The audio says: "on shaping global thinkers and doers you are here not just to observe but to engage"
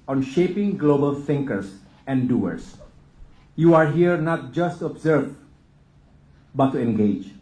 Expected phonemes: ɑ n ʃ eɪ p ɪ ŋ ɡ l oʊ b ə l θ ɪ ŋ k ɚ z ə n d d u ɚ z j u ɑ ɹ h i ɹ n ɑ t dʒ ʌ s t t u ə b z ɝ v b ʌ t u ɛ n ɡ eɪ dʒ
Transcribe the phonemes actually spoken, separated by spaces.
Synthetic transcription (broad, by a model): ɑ n ʃ eɪ p ɪ ŋ ɡ l oʊ b ə l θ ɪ ŋ k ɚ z ə n d d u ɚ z j u ɑ ɹ h i ɹ n ɑ t dʒ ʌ s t t u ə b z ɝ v b ʌ t u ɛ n ɡ eɪ dʒ